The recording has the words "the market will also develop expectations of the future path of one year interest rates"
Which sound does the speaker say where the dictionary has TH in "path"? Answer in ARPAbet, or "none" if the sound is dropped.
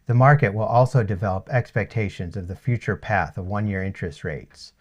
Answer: TH